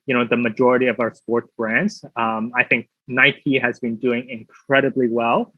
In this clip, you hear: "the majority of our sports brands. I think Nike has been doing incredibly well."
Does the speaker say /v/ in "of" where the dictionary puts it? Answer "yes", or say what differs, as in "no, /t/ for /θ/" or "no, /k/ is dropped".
yes